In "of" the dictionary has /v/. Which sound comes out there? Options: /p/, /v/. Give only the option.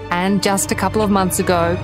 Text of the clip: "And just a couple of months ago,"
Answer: /v/